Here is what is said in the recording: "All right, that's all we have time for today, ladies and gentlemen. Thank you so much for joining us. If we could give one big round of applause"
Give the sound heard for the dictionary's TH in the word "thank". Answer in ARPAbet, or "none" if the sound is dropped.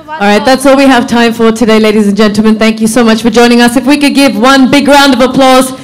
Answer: TH